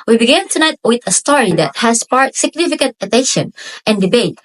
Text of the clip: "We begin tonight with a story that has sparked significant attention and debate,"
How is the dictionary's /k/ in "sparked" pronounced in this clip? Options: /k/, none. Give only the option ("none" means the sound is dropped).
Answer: none